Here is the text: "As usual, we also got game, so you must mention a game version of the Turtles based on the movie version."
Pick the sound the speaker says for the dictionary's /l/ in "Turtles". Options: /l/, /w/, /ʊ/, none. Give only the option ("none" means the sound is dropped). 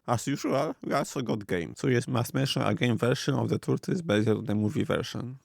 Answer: none